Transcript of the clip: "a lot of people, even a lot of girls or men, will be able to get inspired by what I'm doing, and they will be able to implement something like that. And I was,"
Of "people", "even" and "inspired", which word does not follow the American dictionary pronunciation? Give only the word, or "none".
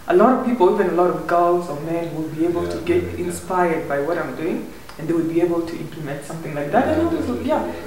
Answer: none